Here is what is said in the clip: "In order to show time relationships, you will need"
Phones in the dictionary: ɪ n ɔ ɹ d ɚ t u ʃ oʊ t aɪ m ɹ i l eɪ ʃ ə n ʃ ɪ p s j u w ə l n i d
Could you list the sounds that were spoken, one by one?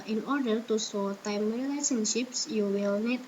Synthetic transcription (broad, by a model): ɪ n ɔ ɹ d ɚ t u s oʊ t aɪ m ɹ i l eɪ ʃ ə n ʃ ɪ p s j u w ə l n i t